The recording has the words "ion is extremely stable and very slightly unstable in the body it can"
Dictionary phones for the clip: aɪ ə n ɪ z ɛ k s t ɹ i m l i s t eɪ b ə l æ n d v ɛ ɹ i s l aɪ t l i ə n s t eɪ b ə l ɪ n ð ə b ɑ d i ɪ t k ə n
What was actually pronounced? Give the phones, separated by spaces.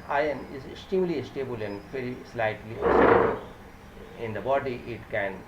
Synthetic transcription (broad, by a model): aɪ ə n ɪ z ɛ k s t ɹ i m l i s t eɪ b ə l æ n d v ɛ ɹ i s l aɪ t l i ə s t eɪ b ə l ɪ n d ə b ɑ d i ɪ t k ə n